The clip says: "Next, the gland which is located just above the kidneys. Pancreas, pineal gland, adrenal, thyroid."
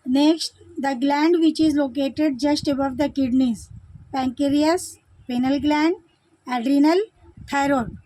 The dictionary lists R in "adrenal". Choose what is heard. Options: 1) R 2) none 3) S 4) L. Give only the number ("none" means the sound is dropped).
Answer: 1